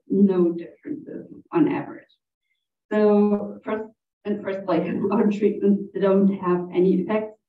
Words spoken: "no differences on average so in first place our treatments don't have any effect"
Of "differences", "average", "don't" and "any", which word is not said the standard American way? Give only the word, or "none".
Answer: none